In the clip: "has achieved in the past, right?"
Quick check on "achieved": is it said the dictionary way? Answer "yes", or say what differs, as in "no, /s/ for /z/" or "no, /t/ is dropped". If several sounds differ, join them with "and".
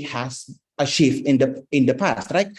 no, /ʃ/ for /tʃ/